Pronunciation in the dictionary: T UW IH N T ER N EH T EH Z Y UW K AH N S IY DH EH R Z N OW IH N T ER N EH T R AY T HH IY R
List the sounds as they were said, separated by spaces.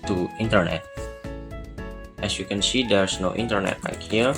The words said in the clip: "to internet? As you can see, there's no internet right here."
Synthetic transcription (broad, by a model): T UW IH N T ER N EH T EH S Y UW K AH N S IY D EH R S N OW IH N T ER N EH T L AY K HH IY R